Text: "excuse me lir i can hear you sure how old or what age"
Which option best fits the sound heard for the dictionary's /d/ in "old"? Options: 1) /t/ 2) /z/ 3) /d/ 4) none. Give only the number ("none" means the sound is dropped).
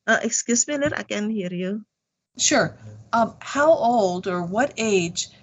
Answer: 3